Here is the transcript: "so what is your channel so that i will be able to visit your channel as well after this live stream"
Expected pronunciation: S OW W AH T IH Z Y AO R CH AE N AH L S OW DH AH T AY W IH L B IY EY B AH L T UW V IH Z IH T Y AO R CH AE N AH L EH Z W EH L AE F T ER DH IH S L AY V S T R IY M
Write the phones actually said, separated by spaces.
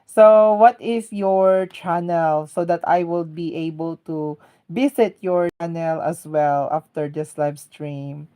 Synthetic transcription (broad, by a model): S OW W AH T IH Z Y AO R CH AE N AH L S OW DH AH T AY W IH L B IY EY B AH L T UW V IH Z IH T Y AO R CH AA N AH L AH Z W EH L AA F T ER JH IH S L AY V S T R IY M